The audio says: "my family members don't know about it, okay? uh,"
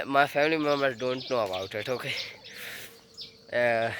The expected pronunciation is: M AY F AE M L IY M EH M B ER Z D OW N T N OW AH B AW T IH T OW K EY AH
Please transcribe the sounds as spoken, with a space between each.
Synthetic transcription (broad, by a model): M AY F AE M L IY M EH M ER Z D OW N T N OW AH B AW T IH T OW K EY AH